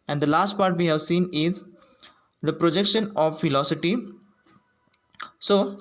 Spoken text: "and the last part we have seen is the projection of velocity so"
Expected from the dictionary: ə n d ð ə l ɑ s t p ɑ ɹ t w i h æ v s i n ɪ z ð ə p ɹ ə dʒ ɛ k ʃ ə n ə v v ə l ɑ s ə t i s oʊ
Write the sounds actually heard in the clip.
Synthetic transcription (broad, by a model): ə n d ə l ɑ s t p ɑ ɹ t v i h æ v s i n ɪ z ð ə p ɹ ə dʒ ɛ k ʃ ə n ə v f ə l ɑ s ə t i s oʊ